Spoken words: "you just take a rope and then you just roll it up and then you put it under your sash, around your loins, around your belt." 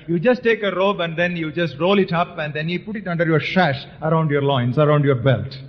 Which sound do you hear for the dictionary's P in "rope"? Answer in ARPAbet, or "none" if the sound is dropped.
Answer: B